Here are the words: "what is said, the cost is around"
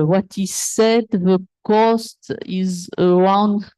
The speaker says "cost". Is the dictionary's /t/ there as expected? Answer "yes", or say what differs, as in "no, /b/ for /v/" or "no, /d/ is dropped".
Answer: yes